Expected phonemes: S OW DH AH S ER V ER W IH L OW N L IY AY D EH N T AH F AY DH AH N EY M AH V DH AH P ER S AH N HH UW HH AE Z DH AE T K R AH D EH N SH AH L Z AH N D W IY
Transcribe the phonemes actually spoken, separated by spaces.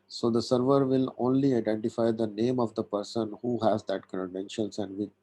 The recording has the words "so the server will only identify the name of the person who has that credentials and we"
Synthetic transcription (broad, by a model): S OW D AH S ER V ER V IH L OW N L IY AY D EH N T AH F AY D AH N EY M AH V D AH P ER S AH N HH UW HH AE Z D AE T K AH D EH N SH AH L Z AH N D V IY